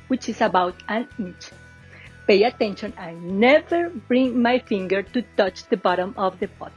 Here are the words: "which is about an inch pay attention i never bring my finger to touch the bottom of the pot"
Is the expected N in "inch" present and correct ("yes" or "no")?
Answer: no